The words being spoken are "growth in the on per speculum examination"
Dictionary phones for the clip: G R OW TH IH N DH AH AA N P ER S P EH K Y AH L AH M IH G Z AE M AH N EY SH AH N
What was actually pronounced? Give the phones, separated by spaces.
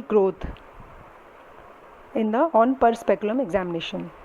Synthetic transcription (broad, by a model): G R OW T IH N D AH AA N P ER S P EH K Y AH L AH M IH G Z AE M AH N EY SH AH N